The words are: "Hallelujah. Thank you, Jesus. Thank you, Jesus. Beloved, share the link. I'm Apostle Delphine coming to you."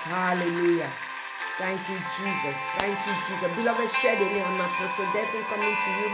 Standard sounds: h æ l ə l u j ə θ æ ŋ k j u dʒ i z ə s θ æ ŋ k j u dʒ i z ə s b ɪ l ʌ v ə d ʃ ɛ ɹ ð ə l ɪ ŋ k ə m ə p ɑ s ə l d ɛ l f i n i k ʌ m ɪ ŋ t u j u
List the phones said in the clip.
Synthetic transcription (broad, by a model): h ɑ l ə l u j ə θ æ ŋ k j u dʒ i z ə s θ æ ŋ k j u dʒ i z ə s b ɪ l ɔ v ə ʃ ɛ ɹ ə n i ə m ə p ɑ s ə d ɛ f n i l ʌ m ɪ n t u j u